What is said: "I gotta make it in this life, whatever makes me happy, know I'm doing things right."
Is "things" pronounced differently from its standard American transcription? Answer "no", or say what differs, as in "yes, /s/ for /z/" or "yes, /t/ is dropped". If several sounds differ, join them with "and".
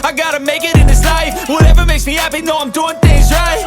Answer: no